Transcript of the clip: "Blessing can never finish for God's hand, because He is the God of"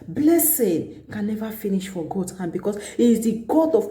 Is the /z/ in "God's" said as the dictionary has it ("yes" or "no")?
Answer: no